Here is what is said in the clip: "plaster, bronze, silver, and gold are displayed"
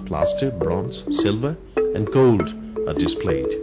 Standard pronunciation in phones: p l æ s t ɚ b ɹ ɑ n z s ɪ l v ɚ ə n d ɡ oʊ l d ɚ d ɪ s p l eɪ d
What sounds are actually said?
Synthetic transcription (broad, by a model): p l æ s t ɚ b ɹ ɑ n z s ɪ l v ɚ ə n ɡ oʊ l d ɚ d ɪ s p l eɪ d